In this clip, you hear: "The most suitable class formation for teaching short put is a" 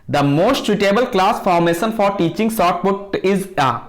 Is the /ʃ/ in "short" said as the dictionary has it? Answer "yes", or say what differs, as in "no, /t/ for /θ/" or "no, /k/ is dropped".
no, /s/ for /ʃ/